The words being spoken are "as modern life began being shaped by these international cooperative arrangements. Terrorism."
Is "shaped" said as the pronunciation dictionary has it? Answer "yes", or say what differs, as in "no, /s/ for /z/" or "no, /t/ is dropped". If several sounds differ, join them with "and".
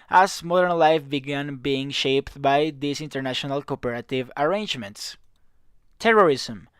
yes